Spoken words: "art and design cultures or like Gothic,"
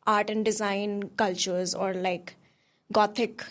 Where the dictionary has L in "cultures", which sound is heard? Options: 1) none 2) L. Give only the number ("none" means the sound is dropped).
2